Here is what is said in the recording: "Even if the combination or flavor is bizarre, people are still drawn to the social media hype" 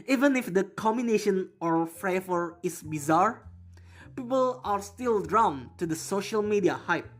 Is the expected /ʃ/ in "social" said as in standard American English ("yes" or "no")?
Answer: yes